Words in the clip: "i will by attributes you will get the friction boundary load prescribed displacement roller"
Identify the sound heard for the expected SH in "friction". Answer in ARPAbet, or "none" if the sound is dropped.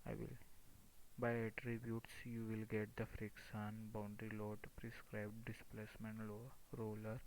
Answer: S